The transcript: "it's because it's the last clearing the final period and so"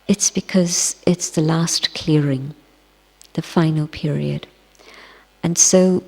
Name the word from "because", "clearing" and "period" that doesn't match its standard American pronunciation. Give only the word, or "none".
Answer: none